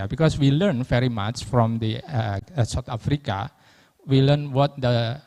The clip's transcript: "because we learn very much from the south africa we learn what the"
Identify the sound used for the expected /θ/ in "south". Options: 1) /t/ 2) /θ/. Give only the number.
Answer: 1